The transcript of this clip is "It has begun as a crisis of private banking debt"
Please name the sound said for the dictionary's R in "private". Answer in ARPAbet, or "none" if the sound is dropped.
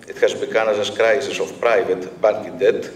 R